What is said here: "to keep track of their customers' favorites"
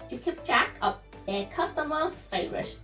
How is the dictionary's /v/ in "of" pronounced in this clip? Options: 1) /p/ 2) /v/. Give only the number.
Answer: 1